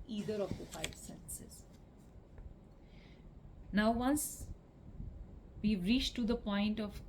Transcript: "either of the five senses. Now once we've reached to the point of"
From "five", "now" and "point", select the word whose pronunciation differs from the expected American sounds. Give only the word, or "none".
five